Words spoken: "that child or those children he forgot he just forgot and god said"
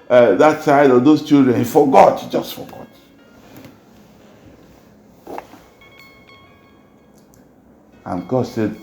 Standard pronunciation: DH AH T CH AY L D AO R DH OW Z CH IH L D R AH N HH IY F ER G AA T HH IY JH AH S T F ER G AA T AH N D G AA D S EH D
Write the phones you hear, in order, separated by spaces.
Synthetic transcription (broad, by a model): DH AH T S AY D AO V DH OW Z CH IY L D R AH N HH IY F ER G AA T JH AH S T F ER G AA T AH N G AA D S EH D